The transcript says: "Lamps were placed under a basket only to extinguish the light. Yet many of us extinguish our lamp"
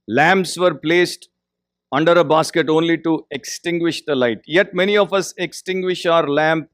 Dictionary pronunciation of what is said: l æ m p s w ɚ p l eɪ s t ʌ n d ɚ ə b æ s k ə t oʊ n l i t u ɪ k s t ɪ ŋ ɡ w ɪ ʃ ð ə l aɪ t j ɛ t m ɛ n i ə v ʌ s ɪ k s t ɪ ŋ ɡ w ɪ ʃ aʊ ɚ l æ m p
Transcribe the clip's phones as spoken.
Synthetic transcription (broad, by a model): l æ m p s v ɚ p l eɪ s t ʌ n d ɚ ə b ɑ s k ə t oʊ n l i t u ɪ k s t ɪ ŋ ɡ w ɪ ʃ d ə l aɪ t j ɛ t m ɛ n i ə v ʌ s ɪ k s t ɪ ŋ ɡ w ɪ ʃ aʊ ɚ l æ m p